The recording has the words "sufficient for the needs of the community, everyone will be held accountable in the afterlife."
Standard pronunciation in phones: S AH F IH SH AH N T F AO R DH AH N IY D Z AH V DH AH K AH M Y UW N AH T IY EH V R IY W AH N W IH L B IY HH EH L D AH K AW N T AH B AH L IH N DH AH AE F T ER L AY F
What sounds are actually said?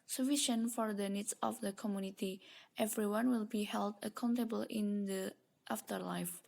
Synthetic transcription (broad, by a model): S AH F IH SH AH N F AO R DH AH N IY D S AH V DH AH K AH M Y UW N AH T IY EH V R IY W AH N W IH L B IY HH EH L D AH K AW N T AH B AH L IH N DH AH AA F T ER L AY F